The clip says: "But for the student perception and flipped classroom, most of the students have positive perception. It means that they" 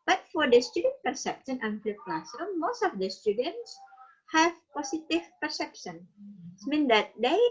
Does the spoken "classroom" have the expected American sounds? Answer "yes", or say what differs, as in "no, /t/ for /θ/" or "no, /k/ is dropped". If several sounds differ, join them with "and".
no, /ɹ/ is dropped